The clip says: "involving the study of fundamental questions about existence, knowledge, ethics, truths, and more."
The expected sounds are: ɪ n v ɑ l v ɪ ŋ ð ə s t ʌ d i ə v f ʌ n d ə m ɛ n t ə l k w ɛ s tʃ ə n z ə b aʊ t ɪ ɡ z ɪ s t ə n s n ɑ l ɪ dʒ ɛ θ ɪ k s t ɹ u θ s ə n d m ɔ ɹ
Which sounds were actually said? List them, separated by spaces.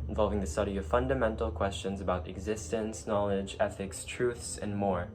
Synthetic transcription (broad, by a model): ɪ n v ɑ l v ɪ ŋ ð ə s t ʌ d i ə v f ʌ n d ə m ɛ n t l k w ɛ s tʃ ə n z ə b aʊ t ɪ ɡ z ɪ s t ə n s n ɑ l ɪ dʒ ɛ θ ɪ k s t ɹ u θ s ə n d m ɔ ɹ